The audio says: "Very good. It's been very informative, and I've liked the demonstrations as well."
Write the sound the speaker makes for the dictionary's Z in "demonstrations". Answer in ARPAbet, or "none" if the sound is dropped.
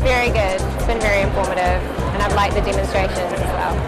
none